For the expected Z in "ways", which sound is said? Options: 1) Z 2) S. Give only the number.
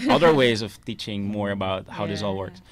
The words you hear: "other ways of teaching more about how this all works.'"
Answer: 1